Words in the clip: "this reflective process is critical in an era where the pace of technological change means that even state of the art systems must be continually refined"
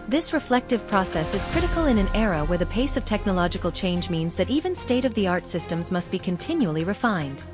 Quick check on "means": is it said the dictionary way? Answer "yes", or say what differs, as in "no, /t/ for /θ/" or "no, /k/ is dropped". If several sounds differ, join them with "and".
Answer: yes